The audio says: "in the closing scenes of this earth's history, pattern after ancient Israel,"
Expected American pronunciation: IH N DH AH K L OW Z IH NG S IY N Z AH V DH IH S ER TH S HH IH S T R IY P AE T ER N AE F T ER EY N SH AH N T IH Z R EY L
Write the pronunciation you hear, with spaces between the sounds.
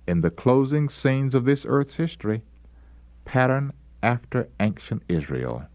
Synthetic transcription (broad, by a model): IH N DH AH K L OW Z IH NG S IY N Z AH V DH IH S ER TH S HH IH S T R IY P AE T ER N AE F T ER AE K SH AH N T IH Z R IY L